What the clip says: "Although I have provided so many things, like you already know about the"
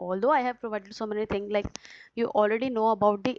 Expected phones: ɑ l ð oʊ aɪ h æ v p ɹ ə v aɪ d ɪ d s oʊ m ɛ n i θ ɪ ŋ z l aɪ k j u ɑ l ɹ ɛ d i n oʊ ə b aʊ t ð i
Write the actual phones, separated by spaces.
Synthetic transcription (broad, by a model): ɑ l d oʊ aɪ h æ v p ɹ ə v aɪ d ɪ d s oʊ m ɛ n i t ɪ ŋ s l aɪ k j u ɑ l ɹ ɛ d i n oʊ ə b aʊ t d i